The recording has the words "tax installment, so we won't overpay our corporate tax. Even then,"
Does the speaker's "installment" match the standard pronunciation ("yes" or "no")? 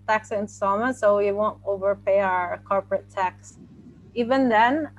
no